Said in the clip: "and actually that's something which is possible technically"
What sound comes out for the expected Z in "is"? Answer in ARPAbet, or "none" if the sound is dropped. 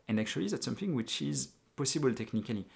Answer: Z